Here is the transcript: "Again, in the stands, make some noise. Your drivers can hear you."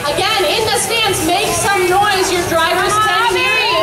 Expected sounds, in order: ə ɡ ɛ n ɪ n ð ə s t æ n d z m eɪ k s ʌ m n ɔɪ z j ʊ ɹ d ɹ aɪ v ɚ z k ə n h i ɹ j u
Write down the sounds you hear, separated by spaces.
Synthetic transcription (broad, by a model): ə ɡ ɛ n ɪ n ð ə s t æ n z m eɪ k s ʌ m n ɔɪ z j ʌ ɹ d ɹ aɪ v ɚ z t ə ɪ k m